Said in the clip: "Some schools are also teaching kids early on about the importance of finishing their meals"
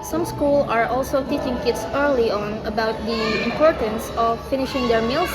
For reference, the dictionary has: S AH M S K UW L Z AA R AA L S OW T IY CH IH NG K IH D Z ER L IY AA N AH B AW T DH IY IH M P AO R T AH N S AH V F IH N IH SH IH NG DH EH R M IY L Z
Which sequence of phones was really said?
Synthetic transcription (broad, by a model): S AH M S K UW L AA R AA L S OW T IY CH IH NG K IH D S ER L IY AA N AH B AW T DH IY IH M P AO R T AH N S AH F IH N IH SH IH NG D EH R M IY L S